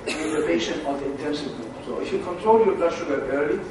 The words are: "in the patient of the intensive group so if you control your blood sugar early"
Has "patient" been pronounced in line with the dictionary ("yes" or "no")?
no